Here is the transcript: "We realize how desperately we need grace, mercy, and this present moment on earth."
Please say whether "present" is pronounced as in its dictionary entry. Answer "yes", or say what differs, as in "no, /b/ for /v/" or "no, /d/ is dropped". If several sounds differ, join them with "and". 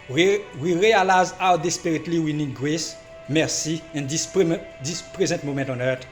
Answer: no, /n/ is dropped